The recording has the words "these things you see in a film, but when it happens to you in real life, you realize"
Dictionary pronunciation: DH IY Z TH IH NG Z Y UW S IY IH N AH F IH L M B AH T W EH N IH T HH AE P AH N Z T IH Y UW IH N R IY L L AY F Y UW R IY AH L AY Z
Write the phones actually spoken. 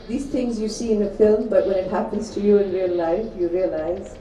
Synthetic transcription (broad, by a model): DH IY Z TH IH NG Z Y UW S IY IH N AH F IH L M B AH T W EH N IH T HH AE P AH N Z T IH Y UW IH N R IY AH L AY F Y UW R IY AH L AY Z